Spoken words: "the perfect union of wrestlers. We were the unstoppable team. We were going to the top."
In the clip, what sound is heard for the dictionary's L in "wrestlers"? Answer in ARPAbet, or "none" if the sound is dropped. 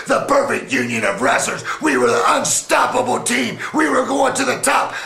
none